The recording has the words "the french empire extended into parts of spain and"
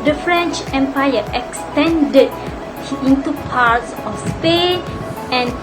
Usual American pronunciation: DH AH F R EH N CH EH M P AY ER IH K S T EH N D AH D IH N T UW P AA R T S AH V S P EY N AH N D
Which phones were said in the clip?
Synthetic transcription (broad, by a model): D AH F R EH N CH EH M P AY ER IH K S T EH N D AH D IH N T UW P AA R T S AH F S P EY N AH N